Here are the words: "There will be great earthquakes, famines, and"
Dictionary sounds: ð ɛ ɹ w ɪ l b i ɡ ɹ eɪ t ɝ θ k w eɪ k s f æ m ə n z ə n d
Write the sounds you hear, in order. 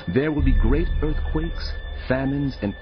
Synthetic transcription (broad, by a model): ð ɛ ɹ w ɪ l b i ɡ ɹ eɪ t ɝ θ k w eɪ k s f æ m ə n z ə n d